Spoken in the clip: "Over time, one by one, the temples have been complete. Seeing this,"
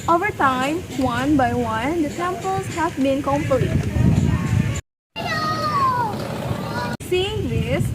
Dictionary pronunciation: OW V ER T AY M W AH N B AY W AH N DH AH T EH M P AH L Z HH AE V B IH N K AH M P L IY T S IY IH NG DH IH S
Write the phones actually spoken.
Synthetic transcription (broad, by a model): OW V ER T AY M W AH N B AY W AH N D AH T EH M P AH L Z HH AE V B IH N K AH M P AH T S IY IH NG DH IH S